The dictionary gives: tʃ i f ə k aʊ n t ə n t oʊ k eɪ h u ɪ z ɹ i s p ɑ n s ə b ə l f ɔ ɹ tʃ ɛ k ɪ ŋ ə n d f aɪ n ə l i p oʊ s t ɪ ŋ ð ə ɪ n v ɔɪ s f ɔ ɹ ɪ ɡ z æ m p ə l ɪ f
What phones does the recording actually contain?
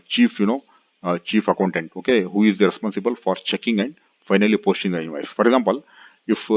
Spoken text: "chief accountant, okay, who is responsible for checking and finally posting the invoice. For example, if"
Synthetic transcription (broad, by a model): tʃ i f ə k aʊ n t ə n t oʊ k eɪ h u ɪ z ɹ i s p ɑ n s ə b ə l f ɔ ɹ tʃ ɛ k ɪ ŋ ə n d f aɪ n ə l i p oʊ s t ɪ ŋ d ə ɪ v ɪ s f ɔ ɹ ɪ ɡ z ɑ m p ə l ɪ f